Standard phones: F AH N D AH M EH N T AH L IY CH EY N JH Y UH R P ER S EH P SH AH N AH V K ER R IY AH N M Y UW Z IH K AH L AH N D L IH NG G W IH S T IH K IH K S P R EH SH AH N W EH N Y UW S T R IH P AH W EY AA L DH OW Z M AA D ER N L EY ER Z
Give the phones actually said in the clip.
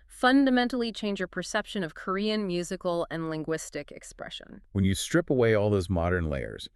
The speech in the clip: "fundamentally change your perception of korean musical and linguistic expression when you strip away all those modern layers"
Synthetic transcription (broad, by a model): F AH N D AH M EH N T L IY CH EY N JH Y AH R P ER S EH P SH AH N AH V K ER R IY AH N M Y UW Z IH K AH L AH N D L IH NG G W IH S T IH K IH K S P R EH SH AH N W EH N Y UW S T R IH P AH W EY AA L DH OW Z M AA D ER N L EY ER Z